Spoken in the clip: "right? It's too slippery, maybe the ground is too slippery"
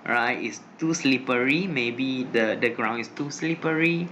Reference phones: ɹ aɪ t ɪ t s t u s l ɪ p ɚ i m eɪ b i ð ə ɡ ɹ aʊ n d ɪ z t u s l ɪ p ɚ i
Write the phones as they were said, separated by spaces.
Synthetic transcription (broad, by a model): ɹ aɪ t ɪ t s t u s l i p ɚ i m eɪ b i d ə ɡ ɹ aʊ n ɪ s t u s l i p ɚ i